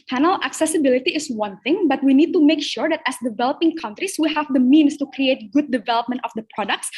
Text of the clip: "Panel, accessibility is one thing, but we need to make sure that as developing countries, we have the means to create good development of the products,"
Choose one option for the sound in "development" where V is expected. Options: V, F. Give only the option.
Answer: V